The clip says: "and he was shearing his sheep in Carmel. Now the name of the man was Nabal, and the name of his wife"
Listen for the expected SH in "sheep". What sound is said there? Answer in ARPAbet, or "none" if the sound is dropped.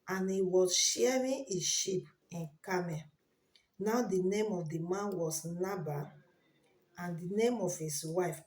SH